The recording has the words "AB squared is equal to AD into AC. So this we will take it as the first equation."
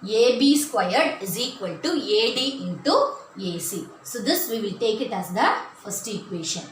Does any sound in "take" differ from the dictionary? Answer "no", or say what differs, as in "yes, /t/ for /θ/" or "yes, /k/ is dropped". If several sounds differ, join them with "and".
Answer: no